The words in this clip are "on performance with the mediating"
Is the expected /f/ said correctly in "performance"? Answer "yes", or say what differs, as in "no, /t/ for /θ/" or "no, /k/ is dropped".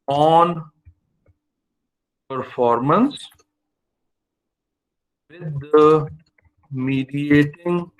yes